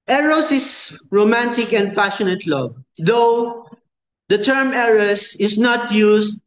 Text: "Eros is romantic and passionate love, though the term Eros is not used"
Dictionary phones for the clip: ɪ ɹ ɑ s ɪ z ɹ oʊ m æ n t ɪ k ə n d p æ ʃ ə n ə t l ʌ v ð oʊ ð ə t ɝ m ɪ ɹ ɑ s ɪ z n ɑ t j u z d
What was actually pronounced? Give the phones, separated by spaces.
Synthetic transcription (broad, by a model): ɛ ɹ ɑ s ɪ s ɹ oʊ m æ n t ɪ k ə n d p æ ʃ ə n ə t l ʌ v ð oʊ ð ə t ɝ m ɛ ɹ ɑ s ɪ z n ɑ t j u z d